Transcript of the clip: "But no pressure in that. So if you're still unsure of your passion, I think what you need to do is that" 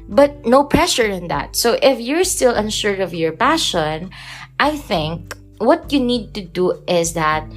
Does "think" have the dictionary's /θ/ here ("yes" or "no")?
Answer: yes